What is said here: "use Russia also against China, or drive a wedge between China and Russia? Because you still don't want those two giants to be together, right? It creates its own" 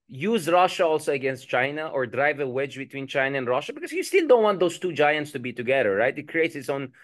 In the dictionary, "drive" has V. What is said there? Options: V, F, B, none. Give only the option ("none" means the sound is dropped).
V